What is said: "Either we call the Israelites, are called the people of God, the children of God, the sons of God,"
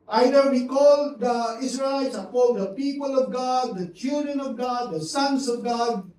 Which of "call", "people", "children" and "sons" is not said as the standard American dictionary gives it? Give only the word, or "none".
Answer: sons